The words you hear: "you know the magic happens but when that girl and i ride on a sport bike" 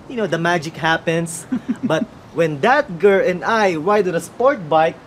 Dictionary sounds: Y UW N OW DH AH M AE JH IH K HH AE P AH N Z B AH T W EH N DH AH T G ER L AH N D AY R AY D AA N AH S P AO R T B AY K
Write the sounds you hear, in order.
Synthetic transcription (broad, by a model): Y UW N OW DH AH M AE JH IH K HH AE P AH N S B AH T W EH N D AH T G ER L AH N AY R AY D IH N AH S P AO R T B AY K